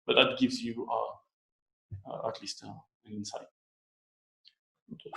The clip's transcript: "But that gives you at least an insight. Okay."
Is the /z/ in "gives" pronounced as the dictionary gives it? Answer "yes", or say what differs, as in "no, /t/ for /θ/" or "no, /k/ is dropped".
yes